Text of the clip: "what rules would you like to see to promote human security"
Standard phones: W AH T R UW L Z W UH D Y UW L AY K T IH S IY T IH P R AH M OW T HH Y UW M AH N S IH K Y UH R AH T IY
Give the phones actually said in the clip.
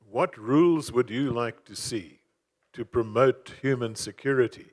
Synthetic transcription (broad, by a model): W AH T R UW L Z W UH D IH L AY K T IH S IY T IH P R AH M OW T HH Y UW M AH N S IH K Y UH R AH T IY